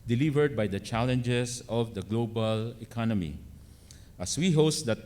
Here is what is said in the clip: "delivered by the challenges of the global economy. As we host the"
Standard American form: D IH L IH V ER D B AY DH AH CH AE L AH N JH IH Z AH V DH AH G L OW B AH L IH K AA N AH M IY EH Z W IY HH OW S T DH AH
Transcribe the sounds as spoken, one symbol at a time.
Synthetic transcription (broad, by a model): D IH L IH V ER D B AY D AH CH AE L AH N JH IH S AH V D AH G L OW B AH L IH K AA N AH M IY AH S W IY HH OW S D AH